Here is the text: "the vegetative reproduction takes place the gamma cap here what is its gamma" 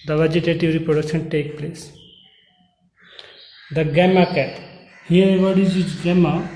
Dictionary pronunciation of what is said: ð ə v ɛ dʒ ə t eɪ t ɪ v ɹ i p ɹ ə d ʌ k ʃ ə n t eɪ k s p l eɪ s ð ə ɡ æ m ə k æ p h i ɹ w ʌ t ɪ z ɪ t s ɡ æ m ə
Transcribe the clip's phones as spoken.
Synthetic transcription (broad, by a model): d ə v ɛ dʒ ə t eɪ t ɪ v ɹ i p ɹ ə d ʌ k ʃ ə n t eɪ k p l eɪ s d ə ɡ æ m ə k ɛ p h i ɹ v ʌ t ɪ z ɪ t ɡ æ m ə